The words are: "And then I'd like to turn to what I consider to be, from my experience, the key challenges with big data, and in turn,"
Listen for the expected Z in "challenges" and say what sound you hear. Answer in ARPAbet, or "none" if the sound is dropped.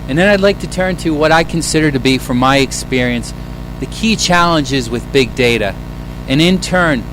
Z